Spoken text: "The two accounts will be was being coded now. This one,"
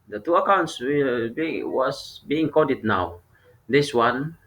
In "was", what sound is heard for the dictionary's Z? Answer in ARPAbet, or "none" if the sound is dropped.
S